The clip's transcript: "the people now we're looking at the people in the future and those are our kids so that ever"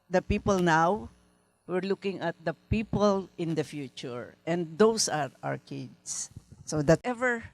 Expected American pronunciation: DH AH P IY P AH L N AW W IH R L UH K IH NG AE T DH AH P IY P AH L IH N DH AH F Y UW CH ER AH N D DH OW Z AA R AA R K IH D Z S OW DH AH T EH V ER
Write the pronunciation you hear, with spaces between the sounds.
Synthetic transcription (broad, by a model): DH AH P IY P AH L N AW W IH R L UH K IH NG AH T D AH P IY P AH L IH N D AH F Y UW CH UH AH N D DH OW S AA R AA R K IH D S S OW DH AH T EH V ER